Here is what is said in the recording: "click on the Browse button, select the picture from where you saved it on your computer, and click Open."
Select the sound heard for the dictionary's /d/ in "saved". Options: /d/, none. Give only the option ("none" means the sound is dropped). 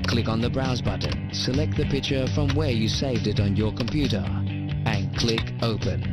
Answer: /d/